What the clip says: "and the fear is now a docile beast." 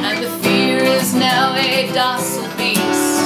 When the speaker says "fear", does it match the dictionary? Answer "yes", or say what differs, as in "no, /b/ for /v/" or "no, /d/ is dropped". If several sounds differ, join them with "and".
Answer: yes